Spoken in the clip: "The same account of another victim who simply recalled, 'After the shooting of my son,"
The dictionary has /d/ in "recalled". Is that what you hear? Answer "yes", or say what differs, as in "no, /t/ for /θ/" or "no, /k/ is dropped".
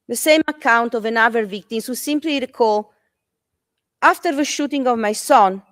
no, /d/ is dropped